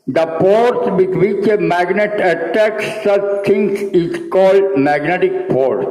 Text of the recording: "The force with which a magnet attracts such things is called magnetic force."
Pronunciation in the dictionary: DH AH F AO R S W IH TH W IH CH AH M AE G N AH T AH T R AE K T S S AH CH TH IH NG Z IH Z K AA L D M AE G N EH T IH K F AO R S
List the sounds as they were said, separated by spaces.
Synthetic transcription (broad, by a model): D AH P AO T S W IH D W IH CH AH M AE G N AH T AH T AE K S S AH CH T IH NG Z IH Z K AA L D M AE G N EH T IH K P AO R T